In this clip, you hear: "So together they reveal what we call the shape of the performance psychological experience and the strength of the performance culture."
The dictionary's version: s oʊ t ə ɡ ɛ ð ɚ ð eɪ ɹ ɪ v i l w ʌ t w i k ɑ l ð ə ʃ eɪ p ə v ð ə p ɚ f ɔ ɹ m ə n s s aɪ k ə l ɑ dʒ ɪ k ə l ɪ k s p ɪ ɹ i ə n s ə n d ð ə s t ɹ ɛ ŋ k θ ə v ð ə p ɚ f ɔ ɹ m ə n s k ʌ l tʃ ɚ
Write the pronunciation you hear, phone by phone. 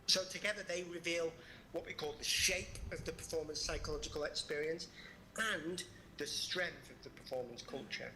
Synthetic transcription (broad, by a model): s oʊ t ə ɡ ɛ ð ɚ ð eɪ ɹ ɪ v i l w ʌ t w i k ɑ l ð ə ʃ eɪ p ə v ð ə p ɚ f ɔ ɹ m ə n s s aɪ k ə l ɑ dʒ ɪ k ə l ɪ k s p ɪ ɹ i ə n s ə n ð ə s t ɹ ɛ ŋ k θ ə v ð ə p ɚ f ɔ ɹ m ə n s k ʌ l tʃ ɚ